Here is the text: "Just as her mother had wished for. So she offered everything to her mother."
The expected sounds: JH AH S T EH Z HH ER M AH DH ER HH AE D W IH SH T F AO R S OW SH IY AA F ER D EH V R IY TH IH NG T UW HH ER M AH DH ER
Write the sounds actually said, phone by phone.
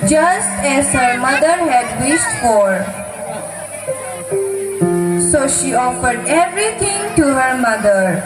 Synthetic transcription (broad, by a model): JH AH S T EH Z HH ER M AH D ER HH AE D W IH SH T F AO R S OW SH IY AA F ER D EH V R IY T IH NG T UW HH ER M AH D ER